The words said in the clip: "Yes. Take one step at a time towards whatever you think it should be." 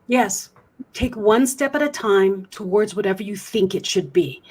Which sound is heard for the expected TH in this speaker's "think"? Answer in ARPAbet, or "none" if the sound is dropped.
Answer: TH